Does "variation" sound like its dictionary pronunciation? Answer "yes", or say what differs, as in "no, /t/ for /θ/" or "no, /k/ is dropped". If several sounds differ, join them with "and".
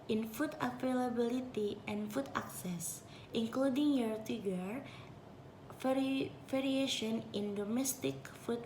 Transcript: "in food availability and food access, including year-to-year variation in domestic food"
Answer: no, /f/ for /v/